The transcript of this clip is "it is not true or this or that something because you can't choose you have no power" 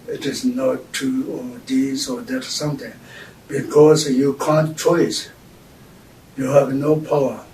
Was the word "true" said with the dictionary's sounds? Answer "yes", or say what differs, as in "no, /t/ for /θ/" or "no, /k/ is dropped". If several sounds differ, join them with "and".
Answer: no, /ɹ/ is dropped